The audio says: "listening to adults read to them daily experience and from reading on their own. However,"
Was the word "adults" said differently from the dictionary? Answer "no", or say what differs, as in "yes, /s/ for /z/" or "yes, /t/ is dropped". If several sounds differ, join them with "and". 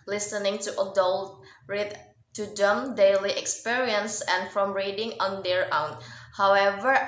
yes, /s/ is dropped